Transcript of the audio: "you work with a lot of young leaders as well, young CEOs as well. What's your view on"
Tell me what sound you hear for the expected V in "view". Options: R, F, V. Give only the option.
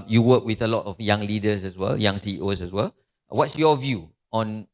V